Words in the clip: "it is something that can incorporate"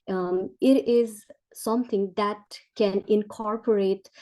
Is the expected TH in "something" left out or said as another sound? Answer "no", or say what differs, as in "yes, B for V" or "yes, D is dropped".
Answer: yes, T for TH